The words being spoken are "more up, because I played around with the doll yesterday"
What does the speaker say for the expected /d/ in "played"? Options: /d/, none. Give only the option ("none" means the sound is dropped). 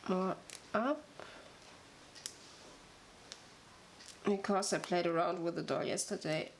/d/